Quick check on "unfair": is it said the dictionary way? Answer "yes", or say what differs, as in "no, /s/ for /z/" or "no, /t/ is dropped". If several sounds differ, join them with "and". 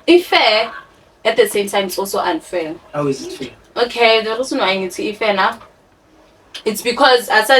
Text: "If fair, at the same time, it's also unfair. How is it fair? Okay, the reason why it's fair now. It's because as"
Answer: no, /l/ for /ɹ/